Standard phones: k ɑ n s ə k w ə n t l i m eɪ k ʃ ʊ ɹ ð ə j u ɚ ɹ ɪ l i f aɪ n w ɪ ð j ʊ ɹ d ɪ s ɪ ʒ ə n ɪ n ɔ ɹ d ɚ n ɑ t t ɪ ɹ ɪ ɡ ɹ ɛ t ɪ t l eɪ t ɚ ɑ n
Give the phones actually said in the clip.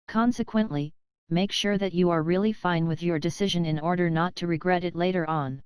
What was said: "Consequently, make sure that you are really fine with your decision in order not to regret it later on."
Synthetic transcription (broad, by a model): k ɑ n s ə k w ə n t l i m eɪ k ʃ ʊ ɹ ð ə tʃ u ɚ ɹ ɪ l i f aɪ n w ɪ ð j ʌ ɹ d ɪ s ɪ ʒ ə n ɪ n ɔ ɹ d ɚ n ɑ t t ɪ ɹ ɪ ɡ ɹ ɛ t ɪ t l eɪ t ɚ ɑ n